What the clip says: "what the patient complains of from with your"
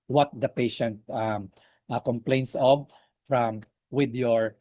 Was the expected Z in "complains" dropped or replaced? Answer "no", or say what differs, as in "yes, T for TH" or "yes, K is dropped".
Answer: yes, S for Z